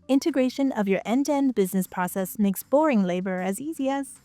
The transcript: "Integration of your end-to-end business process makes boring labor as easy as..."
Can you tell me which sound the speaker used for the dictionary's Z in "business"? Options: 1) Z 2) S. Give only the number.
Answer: 1